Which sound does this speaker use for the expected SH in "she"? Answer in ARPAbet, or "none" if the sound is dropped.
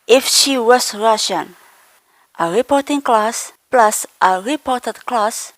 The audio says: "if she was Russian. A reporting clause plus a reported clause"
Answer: SH